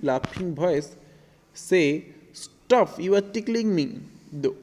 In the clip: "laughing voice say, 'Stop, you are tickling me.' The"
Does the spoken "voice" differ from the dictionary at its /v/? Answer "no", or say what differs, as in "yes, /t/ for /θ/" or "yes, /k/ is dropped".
yes, /b/ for /v/